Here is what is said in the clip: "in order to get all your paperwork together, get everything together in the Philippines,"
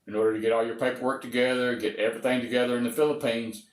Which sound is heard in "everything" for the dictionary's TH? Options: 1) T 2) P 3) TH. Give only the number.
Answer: 3